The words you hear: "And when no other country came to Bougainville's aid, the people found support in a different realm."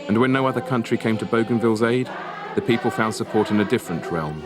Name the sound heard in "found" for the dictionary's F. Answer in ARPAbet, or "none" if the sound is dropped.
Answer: F